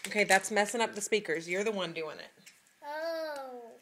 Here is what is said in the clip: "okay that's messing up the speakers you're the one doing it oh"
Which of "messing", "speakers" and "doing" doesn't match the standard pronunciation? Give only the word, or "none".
none